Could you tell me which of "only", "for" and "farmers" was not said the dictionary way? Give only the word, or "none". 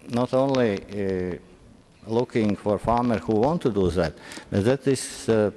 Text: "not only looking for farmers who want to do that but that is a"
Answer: farmers